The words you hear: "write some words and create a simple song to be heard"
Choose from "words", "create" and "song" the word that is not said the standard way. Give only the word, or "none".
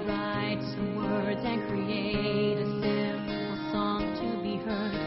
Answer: none